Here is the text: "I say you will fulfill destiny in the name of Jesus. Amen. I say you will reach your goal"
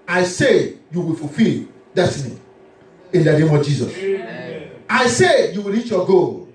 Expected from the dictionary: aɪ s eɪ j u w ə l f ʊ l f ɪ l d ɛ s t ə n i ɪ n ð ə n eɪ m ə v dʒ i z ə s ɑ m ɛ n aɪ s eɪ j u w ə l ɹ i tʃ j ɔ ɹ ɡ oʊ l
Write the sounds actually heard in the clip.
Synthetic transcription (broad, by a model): aɪ s eɪ j u w ə l f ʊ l f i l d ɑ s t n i ɪ n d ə n eɪ m ə v dʒ i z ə s ɑ ɪ s eɪ j u w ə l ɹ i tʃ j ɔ ɡ oʊ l